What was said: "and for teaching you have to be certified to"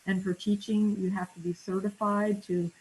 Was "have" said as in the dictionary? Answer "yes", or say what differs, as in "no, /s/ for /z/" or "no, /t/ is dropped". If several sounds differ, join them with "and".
no, /f/ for /v/